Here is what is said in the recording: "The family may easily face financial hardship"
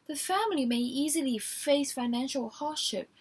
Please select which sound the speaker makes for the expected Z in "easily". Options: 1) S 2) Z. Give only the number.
2